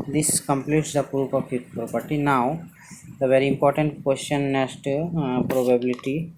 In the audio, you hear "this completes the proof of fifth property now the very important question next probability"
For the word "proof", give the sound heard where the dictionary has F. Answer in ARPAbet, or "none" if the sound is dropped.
P